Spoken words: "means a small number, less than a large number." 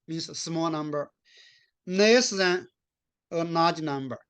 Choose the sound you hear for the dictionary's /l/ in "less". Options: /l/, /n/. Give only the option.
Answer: /n/